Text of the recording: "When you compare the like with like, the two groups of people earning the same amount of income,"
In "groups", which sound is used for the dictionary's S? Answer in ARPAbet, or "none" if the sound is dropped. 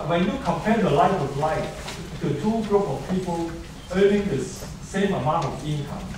none